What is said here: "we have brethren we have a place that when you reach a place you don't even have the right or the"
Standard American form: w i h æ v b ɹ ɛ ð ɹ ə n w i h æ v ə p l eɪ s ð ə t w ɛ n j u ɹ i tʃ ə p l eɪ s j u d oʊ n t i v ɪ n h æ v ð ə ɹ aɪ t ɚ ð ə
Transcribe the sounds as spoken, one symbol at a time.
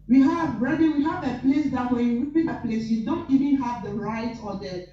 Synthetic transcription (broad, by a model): w i h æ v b ɹ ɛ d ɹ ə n w i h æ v ə p l eɪ s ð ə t w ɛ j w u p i ə p l eɪ s j u d oʊ n t i v ɪ n h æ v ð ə ɹ aɪ t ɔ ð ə